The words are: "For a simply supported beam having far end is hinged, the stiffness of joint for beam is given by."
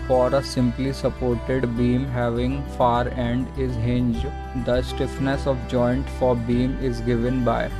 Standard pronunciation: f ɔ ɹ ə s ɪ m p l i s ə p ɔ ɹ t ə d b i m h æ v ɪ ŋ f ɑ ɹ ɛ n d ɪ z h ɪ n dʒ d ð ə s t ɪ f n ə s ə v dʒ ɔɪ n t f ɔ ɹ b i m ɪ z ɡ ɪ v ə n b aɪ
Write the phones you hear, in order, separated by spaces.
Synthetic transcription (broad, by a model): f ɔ ɹ ə s ɪ m p l i s ə p ɔ ɹ t ə d b i m h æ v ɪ ŋ f ɑ ɹ ɛ n d ɪ z h ɪ n dʒ d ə s t ɪ f n ə s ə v dʒ ɔɪ n t f ɔ ɹ b i m ɪ z ɡ ɪ v ə n b aɪ